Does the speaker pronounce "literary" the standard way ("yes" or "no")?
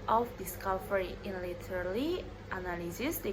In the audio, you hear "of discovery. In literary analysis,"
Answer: no